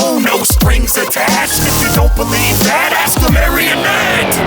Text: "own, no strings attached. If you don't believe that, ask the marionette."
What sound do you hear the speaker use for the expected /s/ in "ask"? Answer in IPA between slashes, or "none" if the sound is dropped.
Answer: /s/